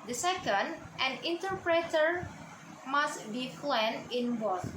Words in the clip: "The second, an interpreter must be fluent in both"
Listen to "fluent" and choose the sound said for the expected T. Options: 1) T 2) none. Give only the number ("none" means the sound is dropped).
2